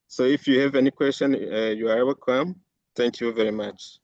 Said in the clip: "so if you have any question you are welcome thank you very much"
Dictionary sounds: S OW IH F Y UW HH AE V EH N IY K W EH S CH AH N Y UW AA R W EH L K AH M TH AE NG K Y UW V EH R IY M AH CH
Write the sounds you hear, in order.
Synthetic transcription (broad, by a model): S OW IH F Y UW HH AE V EH N IY K W EH S CH AH N Y UW AA R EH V K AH M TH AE NG K Y UW V EH R IY M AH CH